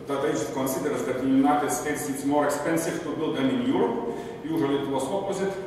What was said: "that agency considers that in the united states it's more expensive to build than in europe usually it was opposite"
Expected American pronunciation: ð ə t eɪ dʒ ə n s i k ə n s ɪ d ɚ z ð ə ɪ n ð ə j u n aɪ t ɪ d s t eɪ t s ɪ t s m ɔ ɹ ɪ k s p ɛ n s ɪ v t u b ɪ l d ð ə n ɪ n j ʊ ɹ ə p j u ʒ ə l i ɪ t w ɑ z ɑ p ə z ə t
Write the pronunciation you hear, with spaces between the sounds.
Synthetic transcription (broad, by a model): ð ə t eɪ ə s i k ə n s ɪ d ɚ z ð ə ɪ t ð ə j u n aɪ t ɪ d s t eɪ t s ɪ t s m ɔ ɹ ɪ k s p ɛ n s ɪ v t u b ɪ l d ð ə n ɪ n j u ɹ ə p j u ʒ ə l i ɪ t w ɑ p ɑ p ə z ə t